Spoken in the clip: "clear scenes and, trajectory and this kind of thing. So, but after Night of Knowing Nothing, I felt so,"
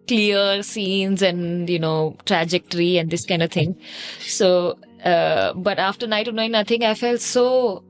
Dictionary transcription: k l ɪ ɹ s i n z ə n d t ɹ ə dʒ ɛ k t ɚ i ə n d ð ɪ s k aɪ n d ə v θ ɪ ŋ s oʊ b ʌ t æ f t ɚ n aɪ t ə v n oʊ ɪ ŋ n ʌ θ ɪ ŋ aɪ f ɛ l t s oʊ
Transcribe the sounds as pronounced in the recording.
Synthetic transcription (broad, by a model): k l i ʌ s i n z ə n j t ɹ ə dʒ ɛ k t ɚ i ə n d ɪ s k aɪ n d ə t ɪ ŋ s oʊ b ʌ t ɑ f t ɚ n aɪ t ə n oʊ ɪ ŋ n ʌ t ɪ ŋ aɪ f ɛ l t s oʊ